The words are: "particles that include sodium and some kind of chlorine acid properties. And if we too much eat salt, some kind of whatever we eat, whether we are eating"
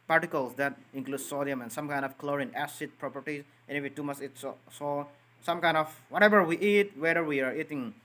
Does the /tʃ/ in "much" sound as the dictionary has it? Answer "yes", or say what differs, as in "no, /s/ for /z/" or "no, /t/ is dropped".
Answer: no, /s/ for /tʃ/